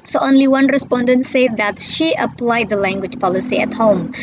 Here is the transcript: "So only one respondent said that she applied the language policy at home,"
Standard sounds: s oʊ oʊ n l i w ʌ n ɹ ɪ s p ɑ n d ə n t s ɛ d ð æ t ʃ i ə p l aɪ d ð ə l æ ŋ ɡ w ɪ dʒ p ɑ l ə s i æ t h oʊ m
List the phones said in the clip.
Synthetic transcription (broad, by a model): s oʊ oʊ n l i w ʌ n ɹ ɪ s p ɑ n d ə n t s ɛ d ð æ t ʃ i ə p l aɪ d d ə l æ ŋ ɡ w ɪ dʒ p ɑ l ə s i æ t h oʊ m